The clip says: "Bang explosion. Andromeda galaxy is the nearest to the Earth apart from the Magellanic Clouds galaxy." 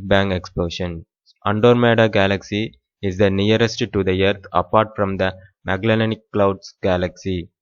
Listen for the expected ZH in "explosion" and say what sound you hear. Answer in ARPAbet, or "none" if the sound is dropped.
SH